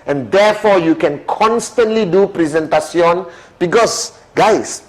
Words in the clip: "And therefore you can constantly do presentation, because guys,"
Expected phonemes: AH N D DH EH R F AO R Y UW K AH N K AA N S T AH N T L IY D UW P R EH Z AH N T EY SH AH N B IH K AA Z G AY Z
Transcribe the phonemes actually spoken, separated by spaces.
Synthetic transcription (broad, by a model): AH N D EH F AO Y UW K AH N K AA N S T AH N T L IY D UW P R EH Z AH N T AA S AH N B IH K AA S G AY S